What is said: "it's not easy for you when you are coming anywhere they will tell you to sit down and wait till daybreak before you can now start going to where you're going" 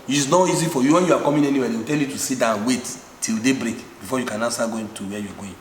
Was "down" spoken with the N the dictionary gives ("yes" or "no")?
no